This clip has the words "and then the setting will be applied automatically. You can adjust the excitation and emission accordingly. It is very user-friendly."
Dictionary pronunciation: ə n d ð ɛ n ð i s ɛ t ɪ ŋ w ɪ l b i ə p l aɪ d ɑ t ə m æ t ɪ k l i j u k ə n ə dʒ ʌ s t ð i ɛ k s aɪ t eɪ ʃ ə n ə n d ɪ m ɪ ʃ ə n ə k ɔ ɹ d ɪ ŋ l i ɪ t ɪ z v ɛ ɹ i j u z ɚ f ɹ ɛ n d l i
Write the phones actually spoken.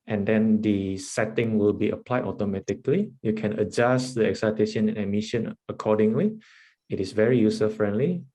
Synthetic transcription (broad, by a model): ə n d ɛ n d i s ɛ t ɪ ŋ w ɪ l b i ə p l aɪ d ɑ t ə m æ t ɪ k l i j u k ə n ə dʒ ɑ s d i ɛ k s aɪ t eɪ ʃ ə n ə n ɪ m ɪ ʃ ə n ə k ɔ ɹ d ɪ ŋ l i ɪ t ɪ s v ɛ ɹ i j u s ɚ f ɹ ɛ n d l i